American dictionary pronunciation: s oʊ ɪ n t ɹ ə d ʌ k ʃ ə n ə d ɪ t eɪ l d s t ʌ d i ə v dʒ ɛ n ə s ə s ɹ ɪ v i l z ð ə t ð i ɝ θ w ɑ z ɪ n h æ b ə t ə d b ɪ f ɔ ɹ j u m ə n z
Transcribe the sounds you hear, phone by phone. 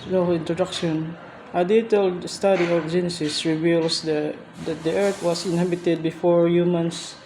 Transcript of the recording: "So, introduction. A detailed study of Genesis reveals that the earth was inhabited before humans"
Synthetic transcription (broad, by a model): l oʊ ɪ n t ɹ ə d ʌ k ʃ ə n ə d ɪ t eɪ l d s t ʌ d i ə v dʒ ɛ n ə s ə s ɹ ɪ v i l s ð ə t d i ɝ t w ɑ s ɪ n h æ b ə t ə d b ɪ f ɔ ɹ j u m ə n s